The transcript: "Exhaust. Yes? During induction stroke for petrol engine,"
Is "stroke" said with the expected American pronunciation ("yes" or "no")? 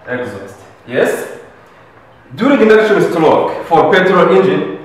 no